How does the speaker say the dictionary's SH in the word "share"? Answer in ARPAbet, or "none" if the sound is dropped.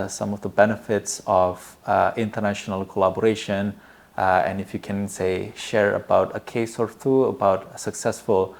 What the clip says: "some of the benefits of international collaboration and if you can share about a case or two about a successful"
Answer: SH